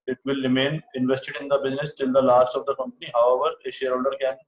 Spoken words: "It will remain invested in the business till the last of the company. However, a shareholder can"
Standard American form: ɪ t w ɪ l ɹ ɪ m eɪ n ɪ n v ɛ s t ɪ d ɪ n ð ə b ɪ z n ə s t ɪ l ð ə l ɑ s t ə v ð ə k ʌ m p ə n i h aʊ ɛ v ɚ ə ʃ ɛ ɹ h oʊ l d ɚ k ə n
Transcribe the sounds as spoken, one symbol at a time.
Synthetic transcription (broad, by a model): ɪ t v ɪ l ɹ ɪ m eɪ n ɪ n v ɛ s t ɪ d ɪ n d ə b ɪ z n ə s t ɪ l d ə l ɑ s t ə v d ə k ʌ m p ə n i h aʊ ɛ v ɚ ə ʃ ɛ ɹ h oʊ l d ɚ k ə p